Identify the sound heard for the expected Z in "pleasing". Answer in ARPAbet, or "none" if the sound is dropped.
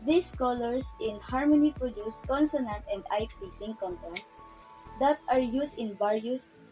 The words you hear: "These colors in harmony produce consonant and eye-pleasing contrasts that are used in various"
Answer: S